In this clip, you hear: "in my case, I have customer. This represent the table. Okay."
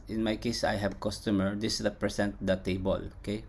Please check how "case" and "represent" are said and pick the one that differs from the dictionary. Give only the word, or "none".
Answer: represent